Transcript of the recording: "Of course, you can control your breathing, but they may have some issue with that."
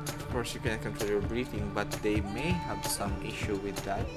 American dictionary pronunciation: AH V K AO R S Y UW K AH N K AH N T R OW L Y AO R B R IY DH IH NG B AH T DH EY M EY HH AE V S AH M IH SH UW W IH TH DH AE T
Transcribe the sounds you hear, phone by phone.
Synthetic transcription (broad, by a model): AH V K AO R S Y UW K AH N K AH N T OW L Y AO R B R IY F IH NG B AH T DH EY M EY HH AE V S AH M IH SH UW W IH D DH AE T